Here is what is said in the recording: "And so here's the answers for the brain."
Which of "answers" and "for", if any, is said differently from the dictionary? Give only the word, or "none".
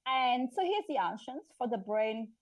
answers